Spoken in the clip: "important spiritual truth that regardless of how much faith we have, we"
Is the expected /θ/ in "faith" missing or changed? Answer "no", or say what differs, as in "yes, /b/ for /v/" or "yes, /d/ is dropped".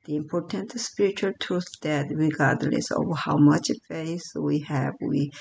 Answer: yes, /s/ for /θ/